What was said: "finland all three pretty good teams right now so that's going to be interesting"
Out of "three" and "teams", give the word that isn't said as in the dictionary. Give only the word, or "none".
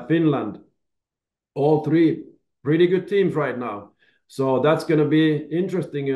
none